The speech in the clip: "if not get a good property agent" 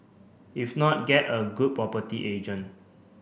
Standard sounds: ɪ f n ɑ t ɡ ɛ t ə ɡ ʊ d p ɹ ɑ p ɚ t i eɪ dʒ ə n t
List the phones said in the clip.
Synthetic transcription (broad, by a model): ɪ f n ɑ t ɡ ɛ t ə ɡ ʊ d p ɹ ɑ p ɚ t i eɪ dʒ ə n